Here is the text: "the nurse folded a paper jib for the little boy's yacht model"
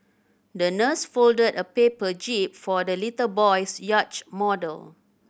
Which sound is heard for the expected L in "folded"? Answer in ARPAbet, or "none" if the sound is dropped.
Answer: L